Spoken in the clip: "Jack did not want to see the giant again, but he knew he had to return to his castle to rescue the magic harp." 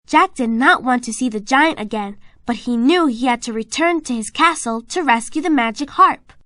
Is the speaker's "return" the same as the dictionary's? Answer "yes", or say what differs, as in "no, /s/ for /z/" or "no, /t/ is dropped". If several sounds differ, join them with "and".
yes